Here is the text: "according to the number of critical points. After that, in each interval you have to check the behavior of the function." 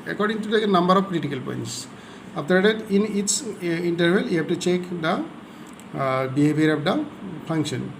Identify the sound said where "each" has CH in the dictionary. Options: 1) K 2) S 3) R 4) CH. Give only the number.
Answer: 2